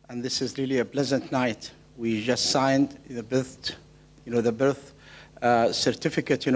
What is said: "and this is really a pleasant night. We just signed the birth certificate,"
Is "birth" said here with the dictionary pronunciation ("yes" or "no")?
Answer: yes